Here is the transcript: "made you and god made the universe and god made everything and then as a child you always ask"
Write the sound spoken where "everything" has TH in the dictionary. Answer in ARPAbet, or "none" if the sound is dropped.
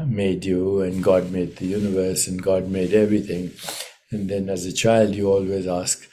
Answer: T